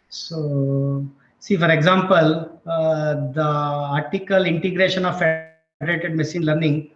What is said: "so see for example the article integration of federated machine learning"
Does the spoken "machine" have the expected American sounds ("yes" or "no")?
no